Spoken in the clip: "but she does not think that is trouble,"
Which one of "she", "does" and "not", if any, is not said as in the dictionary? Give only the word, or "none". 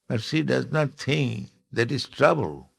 she